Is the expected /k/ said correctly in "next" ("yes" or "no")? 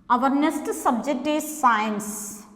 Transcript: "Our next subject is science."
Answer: no